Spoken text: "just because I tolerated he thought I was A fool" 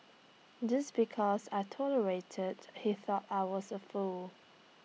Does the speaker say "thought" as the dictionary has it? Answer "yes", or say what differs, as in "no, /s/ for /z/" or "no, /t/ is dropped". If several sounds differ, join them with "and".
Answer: yes